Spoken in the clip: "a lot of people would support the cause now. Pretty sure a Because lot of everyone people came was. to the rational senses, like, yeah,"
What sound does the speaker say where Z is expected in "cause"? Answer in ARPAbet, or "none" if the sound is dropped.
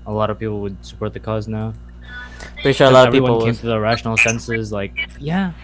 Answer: Z